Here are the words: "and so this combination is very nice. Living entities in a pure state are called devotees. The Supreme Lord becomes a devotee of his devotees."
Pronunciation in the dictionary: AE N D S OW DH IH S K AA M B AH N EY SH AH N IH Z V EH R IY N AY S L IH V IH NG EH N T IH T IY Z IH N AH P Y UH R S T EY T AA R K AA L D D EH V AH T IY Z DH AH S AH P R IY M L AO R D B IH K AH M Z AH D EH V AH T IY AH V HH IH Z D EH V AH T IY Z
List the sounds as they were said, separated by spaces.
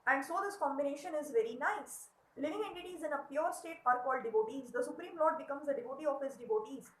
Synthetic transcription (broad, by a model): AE N D S OW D IH S K AA M B AH N EY SH AH N IH Z V EH R IY N AY S L IH V IH NG EH N T IH T IY Z IH N AH P Y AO R S T EY T AA R K AA L D D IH V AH T IY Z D AH S AH P R IY M L AO R D B IH K AH M Z AH D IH V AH T IY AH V HH IH Z D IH V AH T IY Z